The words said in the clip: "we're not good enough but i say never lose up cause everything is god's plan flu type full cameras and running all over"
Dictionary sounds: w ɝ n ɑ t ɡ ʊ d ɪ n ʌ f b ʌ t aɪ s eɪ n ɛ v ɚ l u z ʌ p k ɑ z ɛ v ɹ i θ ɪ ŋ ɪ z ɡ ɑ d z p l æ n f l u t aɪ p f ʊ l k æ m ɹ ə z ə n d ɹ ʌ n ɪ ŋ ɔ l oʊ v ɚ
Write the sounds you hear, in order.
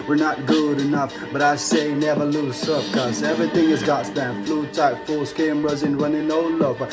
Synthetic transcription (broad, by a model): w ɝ n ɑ t ɡ ʊ d ɪ n ʌ f b ʌ t aɪ s eɪ n ɛ v ɚ l u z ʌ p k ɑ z ɛ v ɹ i θ ɪ ŋ ɪ z ɡ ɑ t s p æ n f l u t aɪ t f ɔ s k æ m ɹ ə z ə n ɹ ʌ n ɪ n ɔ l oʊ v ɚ